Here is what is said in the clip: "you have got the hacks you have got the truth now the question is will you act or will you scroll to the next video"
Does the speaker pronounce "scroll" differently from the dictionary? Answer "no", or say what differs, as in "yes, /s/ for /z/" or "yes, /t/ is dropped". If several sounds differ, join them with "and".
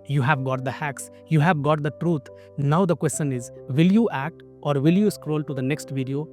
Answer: no